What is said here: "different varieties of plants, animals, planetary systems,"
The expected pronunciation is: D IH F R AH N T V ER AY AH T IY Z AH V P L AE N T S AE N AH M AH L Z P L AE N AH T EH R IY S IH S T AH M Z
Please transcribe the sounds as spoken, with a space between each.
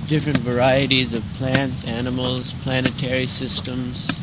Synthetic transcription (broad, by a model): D IH F R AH N T V ER AY AH T IY Z AH V P L AE N T S AE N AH M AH L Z P L AE N AH T EH R IY S IH S T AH M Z